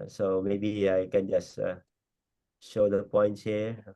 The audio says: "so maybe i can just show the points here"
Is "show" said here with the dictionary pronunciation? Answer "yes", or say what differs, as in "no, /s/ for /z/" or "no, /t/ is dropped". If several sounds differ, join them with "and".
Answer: yes